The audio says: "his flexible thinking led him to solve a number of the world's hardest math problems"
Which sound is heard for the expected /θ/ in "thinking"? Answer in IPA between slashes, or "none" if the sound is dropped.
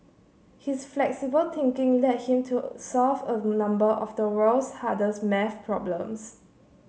/t/